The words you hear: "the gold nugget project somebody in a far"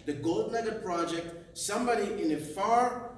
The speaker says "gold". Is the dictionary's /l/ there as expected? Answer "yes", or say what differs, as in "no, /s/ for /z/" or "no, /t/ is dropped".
yes